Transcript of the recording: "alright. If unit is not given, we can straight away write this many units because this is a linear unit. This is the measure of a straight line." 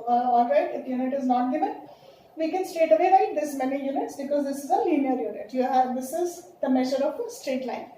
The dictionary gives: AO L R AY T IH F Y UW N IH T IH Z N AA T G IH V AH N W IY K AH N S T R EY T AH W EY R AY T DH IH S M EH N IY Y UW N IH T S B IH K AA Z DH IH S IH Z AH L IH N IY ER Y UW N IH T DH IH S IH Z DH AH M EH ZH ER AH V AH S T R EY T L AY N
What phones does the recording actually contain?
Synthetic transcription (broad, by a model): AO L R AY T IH P Y UW N IH T IH Z N AA T G IH V AH N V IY K AH N S T EY T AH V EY R AY T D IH S M EH N IY Y UW N IH T S B IH K AA Z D IH S IH Z AH L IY N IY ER Y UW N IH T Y IH S IH Z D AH M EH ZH ER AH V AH S T R EY T L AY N